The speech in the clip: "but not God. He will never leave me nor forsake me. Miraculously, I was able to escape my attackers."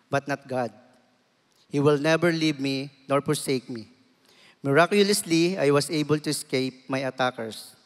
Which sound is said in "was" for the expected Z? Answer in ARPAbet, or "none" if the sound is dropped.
S